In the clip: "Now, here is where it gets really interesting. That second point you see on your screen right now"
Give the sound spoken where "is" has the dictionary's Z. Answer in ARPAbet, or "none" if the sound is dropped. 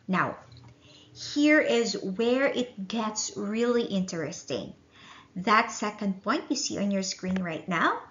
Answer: Z